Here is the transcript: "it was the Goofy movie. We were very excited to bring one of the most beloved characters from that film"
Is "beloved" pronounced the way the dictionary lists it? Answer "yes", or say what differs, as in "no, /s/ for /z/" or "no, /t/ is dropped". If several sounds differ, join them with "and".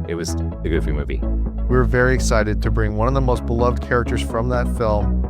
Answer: yes